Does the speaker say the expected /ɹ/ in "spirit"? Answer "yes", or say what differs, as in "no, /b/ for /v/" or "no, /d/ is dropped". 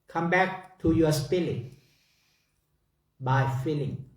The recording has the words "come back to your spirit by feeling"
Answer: no, /l/ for /ɹ/